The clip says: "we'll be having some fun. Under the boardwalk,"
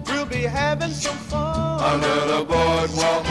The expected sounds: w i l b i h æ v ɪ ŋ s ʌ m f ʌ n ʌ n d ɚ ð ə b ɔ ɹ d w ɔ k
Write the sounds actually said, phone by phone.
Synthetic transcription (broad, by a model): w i l b i h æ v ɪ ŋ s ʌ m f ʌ ʌ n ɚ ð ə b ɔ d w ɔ